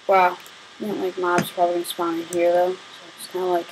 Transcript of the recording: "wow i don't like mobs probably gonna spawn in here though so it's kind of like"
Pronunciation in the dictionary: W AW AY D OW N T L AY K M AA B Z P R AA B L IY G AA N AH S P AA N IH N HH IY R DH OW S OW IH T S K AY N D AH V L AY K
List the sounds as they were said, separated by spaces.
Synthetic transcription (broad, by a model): W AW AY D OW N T L AY K M AA B Z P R AA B IY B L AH S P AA IH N HH IY R DH OW S OW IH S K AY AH L AY K